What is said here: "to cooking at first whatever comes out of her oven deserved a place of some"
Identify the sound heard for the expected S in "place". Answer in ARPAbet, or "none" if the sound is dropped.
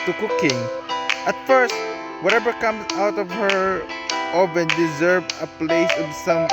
S